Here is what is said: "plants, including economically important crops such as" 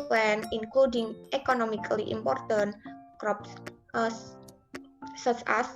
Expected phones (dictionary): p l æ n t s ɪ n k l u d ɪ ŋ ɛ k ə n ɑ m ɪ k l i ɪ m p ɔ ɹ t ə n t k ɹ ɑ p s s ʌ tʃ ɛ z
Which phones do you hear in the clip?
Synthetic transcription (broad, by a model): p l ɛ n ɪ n k l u d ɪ ŋ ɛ k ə n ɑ m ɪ k l i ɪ m p ɔ ɹ t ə n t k ɹ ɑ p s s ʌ s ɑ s